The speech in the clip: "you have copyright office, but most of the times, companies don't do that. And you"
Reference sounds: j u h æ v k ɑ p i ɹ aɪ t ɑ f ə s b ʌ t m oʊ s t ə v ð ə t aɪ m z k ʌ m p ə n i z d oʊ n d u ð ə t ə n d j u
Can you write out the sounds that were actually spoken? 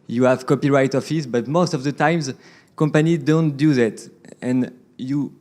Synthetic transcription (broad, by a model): j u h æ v k ɑ p i ɹ aɪ t ɑ f ə s b ʌ t m oʊ s t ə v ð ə t aɪ m z k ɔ m p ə n i d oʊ n d u ð ə t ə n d j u